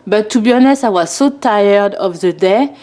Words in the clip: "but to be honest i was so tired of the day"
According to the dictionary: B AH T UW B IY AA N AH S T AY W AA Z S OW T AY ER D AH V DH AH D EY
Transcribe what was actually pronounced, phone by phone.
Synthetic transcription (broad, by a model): B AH T UW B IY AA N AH S AY W AA Z S OW T AY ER D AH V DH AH D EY